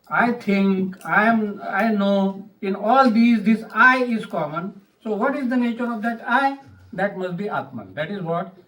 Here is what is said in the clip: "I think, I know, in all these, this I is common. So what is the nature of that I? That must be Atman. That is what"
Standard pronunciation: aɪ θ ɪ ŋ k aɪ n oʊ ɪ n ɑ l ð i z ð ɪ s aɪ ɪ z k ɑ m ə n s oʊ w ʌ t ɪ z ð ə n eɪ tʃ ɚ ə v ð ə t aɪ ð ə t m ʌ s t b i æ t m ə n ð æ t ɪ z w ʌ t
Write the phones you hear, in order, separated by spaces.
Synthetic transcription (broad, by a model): aɪ t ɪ ŋ k aɪ n oʊ ɪ n ɑ l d i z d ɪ s aɪ ɪ z k ɑ m ə n s oʊ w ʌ t ɪ z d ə n eɪ tʃ ɚ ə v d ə t aɪ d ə t m ʌ s t b i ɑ t m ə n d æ t ɪ z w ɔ t